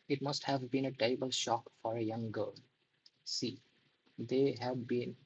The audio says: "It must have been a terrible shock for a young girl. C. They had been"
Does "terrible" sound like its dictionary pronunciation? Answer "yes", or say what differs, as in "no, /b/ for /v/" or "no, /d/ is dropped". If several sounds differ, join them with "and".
no, /ɹ/ is dropped